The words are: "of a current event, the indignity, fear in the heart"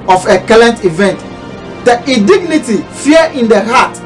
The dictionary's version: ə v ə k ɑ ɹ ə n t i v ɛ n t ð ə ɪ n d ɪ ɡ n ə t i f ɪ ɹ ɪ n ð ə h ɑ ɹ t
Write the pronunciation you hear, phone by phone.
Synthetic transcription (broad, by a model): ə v ə k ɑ l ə n t i v ɛ n t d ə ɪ d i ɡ n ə t i f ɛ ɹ ɪ n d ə h ɑ t